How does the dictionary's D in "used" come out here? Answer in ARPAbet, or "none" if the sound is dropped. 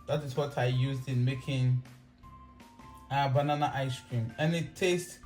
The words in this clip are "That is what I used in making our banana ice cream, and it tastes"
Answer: D